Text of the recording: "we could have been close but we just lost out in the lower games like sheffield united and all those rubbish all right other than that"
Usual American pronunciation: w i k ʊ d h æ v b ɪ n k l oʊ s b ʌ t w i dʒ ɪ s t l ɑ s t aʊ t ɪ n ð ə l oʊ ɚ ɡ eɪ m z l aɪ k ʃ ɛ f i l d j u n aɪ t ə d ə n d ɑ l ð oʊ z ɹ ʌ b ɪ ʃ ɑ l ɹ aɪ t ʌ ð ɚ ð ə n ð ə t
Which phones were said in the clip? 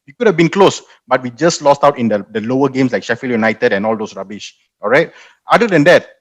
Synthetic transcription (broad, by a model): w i k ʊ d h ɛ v b ɪ n k l oʊ s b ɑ t w i dʒ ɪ s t l ɑ s t aʊ t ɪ n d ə l oʊ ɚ ɡ eɪ m s l aɪ k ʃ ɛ f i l j u n aɪ t ə d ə n ɑ l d oʊ s ɹ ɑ b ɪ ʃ ɑ l ɹ aɪ t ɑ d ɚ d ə n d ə t